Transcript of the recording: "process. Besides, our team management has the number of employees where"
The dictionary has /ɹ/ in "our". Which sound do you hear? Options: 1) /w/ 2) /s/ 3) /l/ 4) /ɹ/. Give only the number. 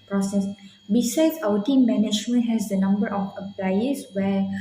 1